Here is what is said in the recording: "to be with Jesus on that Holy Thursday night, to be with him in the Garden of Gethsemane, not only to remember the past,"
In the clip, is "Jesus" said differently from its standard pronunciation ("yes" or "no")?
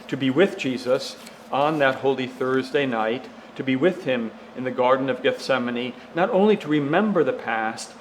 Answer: no